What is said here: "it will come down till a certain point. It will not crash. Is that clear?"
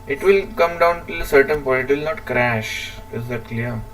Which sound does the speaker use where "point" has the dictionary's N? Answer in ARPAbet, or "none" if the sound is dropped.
none